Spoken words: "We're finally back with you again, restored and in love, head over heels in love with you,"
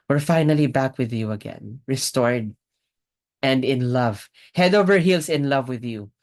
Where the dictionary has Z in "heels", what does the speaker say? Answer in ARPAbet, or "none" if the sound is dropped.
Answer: S